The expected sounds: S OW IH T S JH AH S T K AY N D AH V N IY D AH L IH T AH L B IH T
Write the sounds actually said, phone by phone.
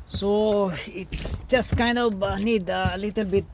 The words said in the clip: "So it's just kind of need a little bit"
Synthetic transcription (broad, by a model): S OW IH T S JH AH S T K AY N D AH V N IY D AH L IH T AH L B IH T